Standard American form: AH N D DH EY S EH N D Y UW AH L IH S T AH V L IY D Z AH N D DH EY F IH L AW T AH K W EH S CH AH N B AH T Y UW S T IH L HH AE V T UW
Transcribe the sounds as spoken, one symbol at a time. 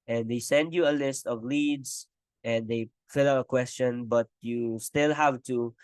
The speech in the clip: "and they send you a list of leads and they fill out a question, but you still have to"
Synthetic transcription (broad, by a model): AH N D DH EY S EH N D Y UW AH L IH S T AH V L IY D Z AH N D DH EY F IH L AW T AH K W EH S CH AH N B AH T Y UW S T IH L HH AE V T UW